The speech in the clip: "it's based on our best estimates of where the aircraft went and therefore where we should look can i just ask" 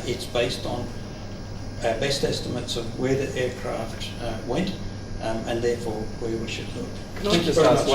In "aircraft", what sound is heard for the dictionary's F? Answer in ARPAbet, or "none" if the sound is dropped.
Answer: F